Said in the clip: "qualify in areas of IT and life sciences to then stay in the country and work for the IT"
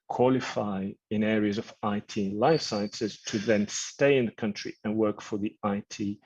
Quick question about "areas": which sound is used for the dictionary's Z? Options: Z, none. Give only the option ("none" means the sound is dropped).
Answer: Z